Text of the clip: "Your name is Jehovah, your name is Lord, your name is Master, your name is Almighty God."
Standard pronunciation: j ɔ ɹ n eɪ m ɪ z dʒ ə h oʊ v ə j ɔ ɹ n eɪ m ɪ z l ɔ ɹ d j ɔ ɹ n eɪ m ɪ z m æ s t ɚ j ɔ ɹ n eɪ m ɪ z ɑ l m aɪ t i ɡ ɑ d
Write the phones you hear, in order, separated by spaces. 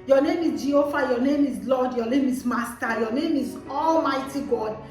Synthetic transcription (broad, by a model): j ɔ n eɪ m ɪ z dʒ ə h oʊ f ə j ɔ n eɪ m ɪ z l ɔ d j ɔ n eɪ m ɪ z m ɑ s t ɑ j ɔ n eɪ m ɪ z ɑ l m aɪ t i ɡ ɑ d